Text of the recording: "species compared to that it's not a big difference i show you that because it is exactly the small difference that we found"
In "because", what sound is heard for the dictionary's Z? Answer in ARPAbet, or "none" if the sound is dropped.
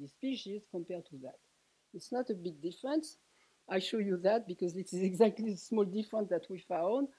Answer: Z